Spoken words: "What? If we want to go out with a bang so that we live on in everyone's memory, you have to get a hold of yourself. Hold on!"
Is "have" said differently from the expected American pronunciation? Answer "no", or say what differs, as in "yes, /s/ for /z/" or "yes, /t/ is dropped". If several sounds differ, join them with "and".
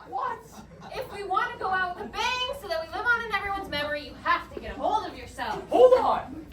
yes, /f/ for /v/